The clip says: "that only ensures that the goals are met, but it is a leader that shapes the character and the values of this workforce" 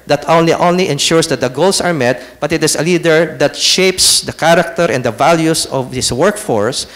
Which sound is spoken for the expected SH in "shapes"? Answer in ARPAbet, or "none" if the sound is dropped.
SH